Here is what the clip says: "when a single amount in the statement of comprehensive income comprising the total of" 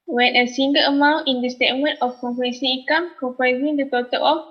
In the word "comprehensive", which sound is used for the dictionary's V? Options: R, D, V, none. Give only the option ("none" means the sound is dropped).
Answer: none